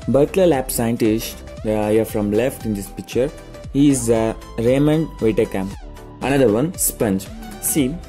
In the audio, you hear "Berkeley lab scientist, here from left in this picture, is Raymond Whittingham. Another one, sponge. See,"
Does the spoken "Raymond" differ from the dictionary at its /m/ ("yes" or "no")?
no